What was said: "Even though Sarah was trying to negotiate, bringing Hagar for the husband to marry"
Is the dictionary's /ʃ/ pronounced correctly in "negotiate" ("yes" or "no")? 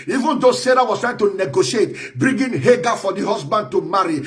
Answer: yes